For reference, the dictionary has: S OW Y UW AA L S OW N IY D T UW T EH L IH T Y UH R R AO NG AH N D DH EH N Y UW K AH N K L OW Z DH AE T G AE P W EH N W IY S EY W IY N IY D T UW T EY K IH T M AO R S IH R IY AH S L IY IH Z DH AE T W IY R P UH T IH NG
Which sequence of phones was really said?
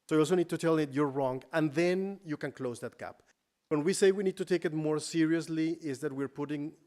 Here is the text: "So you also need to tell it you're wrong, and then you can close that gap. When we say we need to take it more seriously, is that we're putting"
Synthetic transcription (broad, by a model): S OW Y AA L S OW N IY D T UW T EH L IH T Y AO R R AO NG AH N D DH EH N Y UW K AH N K L OW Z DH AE T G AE P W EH N W IY S EY W IY N IY D T UW T EY K IH T M AO R S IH R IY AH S L IY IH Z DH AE T W IY R P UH T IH NG